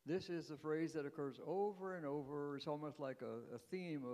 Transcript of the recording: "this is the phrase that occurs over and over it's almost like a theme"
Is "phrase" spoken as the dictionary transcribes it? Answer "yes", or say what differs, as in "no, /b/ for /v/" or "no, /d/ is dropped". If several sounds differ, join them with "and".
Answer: yes